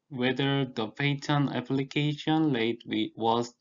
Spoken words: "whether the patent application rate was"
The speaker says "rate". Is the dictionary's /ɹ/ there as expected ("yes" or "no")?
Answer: no